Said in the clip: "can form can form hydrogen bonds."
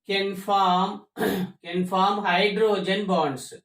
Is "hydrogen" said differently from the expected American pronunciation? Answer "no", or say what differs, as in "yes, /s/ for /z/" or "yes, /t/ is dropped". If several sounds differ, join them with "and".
no